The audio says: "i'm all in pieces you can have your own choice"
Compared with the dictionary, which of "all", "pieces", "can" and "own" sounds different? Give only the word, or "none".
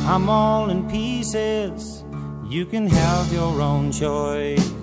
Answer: none